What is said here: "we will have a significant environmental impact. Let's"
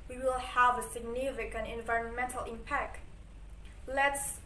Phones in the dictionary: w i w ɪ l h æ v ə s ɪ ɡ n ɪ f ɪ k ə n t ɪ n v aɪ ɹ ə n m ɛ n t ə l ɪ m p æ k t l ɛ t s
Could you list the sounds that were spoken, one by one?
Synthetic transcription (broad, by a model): w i w ɪ l h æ v ə s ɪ ɡ n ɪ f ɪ k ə n ɪ n v aɪ ɹ ə n m ɛ n t ə l ɪ m p æ k t l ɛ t s